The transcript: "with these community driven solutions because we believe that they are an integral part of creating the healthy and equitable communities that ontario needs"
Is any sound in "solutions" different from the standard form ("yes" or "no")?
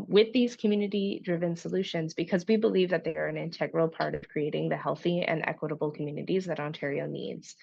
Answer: no